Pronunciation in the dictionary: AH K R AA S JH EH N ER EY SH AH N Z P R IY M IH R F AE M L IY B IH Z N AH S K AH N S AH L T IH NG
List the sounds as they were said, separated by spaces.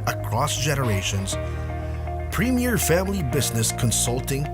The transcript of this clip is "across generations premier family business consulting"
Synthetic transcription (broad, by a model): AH K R AA S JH EH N ER EY SH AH N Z P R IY M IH R F AE M L IY B IH Z N AH S K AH N S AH L T IH NG